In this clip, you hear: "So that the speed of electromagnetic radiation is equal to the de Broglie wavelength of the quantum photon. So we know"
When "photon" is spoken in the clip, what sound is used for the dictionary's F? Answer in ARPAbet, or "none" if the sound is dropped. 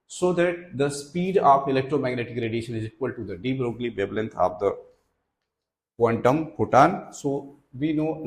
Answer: P